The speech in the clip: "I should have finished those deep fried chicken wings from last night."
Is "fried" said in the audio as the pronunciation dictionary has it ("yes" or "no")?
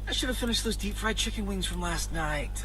yes